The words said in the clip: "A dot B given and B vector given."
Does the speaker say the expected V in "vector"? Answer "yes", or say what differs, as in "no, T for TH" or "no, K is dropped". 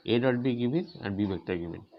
no, B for V